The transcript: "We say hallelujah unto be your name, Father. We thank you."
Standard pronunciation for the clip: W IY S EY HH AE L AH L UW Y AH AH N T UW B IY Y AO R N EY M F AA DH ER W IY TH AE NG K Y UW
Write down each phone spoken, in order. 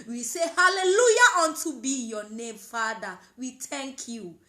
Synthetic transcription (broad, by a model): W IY S EY HH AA L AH L UW Y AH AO N T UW B IY Y AO N EY M F AA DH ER W IY T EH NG K Y UW